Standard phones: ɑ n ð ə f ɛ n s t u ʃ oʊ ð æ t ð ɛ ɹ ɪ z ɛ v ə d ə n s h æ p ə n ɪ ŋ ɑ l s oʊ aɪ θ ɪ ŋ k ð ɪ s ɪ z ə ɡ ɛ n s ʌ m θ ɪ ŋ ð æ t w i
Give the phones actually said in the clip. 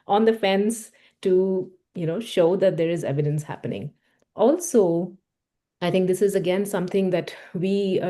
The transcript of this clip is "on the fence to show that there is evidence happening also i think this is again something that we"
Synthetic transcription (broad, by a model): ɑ n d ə f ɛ n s t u ʃ oʊ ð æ t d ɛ ɹ ɪ z ɛ v ə d ə n s h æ p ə n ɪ ŋ ɑ l s oʊ aɪ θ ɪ ŋ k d ɪ s ɪ z ə ɡ ɛ n s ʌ m t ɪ ŋ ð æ t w i